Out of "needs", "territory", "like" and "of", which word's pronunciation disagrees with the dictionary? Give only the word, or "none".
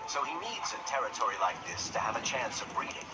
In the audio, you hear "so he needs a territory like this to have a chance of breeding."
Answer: none